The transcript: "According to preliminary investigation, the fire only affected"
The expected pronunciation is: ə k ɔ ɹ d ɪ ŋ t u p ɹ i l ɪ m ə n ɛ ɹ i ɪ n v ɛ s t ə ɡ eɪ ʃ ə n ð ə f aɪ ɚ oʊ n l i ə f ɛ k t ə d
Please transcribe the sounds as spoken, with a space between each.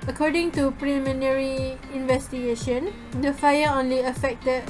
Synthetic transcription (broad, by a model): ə k ɔ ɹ d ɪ ŋ t u p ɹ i m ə n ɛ ɹ i ɪ n v ɛ s t ə ɡ eɪ ʃ ə n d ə f aɪ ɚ oʊ n l i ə f ɛ k t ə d